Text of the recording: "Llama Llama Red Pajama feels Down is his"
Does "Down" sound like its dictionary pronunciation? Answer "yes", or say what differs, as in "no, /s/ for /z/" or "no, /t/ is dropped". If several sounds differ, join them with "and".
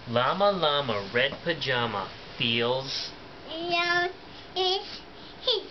no, /n/ is dropped